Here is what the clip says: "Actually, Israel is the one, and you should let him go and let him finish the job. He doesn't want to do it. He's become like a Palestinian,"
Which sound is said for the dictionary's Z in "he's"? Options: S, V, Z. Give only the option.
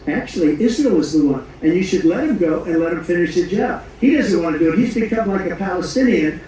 Z